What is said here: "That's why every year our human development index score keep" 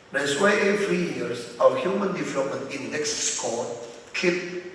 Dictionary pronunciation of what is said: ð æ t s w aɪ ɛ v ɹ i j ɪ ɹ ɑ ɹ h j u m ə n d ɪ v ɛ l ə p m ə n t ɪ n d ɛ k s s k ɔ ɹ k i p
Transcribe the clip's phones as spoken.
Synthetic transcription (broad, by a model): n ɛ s w aɪ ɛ f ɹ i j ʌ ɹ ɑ w h j u m ə n d ɪ v ɛ l ə p m ə n t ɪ n d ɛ k s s k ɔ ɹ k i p